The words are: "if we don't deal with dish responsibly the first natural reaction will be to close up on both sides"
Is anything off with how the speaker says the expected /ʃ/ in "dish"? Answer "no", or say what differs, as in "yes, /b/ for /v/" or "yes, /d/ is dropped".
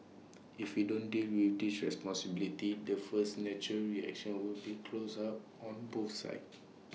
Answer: yes, /s/ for /ʃ/